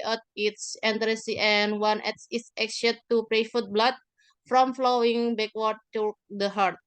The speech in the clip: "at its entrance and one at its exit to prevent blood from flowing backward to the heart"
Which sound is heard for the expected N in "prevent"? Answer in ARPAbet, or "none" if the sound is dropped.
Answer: none